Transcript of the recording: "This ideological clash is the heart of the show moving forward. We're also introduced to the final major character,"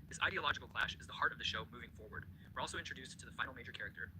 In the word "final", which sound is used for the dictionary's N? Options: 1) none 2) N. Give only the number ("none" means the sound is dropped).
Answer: 1